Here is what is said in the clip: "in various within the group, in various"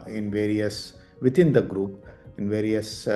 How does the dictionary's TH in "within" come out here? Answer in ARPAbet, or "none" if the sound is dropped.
T